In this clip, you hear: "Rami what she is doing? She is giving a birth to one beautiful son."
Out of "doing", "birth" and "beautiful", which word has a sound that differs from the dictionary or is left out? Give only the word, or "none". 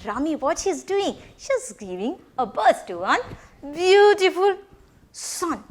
birth